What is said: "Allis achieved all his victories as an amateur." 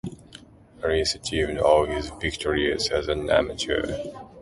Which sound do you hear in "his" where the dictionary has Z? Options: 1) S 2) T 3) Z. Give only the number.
3